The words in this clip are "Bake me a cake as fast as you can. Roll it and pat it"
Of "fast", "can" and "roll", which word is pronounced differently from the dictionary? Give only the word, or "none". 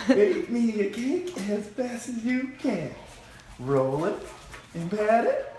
fast